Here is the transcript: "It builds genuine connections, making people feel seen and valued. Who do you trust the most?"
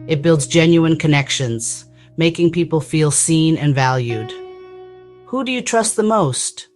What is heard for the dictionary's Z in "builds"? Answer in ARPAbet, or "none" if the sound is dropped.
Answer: Z